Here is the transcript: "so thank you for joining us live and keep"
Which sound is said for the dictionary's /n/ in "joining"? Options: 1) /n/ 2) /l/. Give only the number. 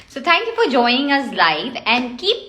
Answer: 1